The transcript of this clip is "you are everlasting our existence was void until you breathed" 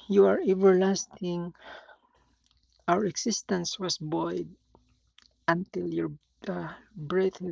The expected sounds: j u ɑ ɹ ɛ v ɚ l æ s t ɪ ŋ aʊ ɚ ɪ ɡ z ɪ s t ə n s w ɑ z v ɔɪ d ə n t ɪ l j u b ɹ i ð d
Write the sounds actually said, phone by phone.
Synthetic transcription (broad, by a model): j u ɑ ɹ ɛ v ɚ l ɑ s t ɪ ŋ aʊ ɚ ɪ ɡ s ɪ s t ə n s w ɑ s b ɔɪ d ə n t ɪ l j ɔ b ɹ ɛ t